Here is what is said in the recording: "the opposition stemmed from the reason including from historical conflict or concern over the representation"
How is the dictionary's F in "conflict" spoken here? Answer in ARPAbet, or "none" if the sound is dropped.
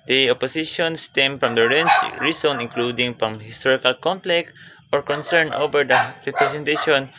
P